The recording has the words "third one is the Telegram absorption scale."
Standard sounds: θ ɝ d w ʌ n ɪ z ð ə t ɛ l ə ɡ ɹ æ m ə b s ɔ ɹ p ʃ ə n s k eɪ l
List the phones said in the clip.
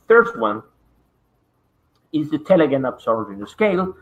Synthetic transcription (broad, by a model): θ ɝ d w ʌ n ɪ z ð ə t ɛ l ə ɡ ɪ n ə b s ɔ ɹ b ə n s k eɪ l